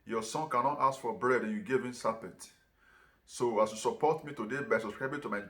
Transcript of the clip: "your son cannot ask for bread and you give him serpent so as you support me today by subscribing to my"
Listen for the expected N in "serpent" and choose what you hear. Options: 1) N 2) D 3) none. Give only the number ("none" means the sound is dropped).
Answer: 3